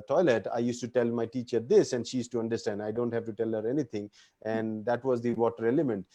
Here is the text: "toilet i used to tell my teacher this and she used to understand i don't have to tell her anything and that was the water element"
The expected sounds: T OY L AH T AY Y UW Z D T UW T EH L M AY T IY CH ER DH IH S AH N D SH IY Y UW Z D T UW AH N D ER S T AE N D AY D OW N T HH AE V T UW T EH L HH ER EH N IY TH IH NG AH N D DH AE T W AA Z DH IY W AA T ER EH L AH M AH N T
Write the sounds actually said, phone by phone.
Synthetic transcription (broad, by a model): T OY L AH T AY Y UW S T UW T EH L M AY T IY CH ER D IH S AH N D SH IY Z T UW AH N D ER S T AE N D AY D OW N T HH AE V T UW T EH L HH ER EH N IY T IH NG AH N D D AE T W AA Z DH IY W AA T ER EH L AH M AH N T